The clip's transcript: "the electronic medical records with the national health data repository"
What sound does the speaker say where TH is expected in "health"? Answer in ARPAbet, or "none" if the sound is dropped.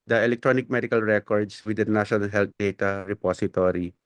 T